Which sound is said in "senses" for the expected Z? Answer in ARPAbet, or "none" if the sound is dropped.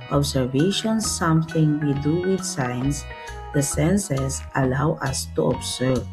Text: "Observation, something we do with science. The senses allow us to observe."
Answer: S